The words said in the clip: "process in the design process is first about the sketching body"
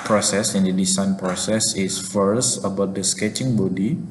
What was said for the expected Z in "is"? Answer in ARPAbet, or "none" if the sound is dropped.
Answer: S